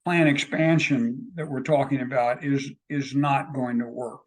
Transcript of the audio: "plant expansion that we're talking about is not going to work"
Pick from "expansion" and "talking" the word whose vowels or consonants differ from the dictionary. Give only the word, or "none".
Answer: none